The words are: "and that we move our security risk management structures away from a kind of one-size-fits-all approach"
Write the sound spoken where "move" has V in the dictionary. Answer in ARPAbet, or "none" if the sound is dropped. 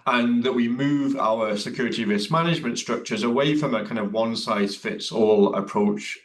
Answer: V